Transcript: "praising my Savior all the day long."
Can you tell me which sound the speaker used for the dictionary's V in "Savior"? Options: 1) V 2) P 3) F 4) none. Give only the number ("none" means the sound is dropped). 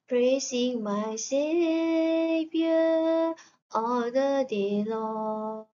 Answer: 2